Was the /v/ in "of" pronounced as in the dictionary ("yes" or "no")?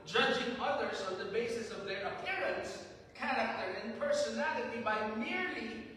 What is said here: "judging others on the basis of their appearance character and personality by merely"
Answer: yes